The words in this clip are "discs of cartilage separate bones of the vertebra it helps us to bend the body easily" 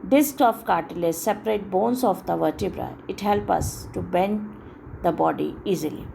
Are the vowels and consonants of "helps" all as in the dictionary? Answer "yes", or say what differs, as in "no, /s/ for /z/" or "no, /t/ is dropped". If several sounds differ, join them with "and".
no, /s/ is dropped